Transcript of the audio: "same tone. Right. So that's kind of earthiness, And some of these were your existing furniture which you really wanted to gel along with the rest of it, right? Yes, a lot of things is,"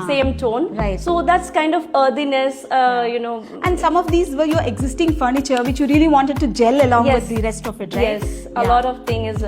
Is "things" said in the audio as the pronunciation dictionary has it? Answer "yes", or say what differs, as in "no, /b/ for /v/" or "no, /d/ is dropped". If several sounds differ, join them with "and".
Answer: no, /t/ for /θ/ and /z/ is dropped